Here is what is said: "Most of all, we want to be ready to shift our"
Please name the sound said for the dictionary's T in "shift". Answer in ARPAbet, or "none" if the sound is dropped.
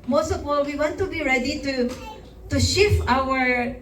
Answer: none